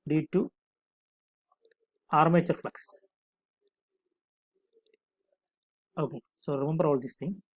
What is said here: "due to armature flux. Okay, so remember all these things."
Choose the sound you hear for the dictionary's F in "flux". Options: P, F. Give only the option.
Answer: F